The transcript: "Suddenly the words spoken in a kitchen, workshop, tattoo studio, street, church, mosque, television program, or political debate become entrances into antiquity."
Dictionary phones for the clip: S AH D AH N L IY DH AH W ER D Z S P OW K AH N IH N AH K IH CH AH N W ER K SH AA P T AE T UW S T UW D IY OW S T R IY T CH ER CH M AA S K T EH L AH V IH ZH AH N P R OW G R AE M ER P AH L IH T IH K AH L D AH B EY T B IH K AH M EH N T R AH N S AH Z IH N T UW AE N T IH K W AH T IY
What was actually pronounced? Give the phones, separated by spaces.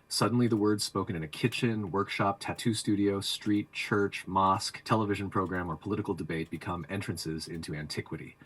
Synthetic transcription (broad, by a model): S AH D N L IY DH AH W ER D Z S P OW K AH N IH N AH K IH CH AH N W ER K SH AA P T AE T UW S T UW D IY OW S T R IY T CH ER CH M AA S K T EH L AH V IH ZH AH N P R OW G R AE M ER P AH L IH T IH K L D AH B EY T B IH K AH M EH N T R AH N S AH Z IH N T UW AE N T IH K W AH T IY